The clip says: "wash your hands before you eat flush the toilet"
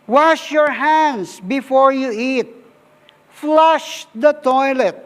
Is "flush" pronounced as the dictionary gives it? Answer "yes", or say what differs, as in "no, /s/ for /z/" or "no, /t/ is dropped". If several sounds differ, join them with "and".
yes